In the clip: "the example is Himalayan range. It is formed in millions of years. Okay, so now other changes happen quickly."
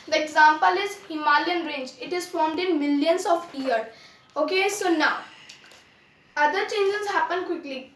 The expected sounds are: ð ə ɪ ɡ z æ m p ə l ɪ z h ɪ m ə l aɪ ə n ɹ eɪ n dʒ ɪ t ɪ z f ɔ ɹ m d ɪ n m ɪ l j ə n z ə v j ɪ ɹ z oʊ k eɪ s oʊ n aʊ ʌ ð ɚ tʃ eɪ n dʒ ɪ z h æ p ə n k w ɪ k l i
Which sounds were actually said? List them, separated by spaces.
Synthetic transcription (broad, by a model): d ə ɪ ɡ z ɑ m p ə l ɪ z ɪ m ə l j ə n ɹ eɪ n dʒ ɪ t ɪ z f ɔ ɹ m d ɪ n m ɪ l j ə n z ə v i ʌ ɹ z oʊ k eɪ s oʊ n aʊ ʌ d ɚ tʃ eɪ n dʒ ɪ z h æ p ə n k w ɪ k l i